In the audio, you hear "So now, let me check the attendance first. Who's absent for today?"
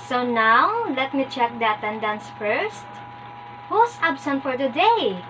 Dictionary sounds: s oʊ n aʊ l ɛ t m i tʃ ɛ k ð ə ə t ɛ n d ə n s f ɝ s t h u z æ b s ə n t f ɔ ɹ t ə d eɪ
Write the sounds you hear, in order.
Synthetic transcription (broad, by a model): s oʊ n aʊ l ɛ t m i tʃ ɛ k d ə ə t ɛ n d ə n s f ɝ s t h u s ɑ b s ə n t f ɔ ɹ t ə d eɪ